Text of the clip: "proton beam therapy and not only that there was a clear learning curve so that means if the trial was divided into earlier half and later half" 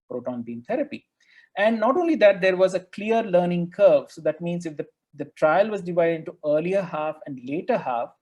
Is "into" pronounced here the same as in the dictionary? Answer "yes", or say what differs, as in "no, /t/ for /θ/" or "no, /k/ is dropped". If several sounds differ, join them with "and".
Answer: yes